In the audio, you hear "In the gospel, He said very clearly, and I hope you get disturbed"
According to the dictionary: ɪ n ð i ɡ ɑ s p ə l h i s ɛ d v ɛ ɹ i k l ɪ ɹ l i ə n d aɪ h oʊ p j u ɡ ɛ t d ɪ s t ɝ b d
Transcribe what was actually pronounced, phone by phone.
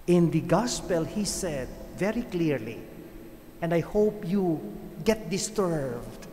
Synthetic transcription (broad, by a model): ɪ n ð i ɡ ɑ s p ə l h i s ɛ d v ɛ ɹ i k l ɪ ɹ l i ə n d aɪ h oʊ p j u ɡ ɛ t d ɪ s t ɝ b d